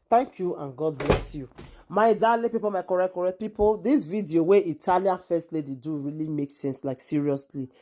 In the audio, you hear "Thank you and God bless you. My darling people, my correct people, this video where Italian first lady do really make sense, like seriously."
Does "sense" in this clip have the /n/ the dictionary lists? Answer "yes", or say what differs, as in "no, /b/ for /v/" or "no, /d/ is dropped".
yes